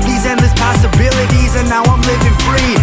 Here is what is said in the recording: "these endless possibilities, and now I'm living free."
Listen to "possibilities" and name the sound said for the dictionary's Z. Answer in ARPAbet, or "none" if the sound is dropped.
Z